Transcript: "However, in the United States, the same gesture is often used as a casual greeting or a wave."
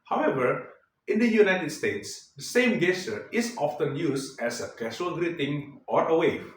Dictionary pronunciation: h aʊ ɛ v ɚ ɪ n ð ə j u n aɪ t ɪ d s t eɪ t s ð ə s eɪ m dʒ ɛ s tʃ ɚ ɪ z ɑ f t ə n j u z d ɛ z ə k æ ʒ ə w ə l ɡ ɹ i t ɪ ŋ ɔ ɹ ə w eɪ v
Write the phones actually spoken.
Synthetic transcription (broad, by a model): h aʊ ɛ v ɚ ɪ n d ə j u n aɪ t ɪ d s t eɪ t s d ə s eɪ m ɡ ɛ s ɚ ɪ s ɑ f t ə n j u s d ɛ s ə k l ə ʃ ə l ɡ ɹ i t ɪ ŋ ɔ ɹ ə w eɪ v